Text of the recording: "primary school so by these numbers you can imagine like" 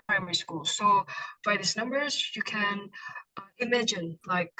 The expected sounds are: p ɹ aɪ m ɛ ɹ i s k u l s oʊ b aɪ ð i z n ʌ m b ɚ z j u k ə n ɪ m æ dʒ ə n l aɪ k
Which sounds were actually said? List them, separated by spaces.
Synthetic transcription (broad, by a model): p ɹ aɪ m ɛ ɹ i s k u l s oʊ b aɪ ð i s n ʌ m b ɚ z j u k ə n ɪ m æ dʒ ə n l aɪ k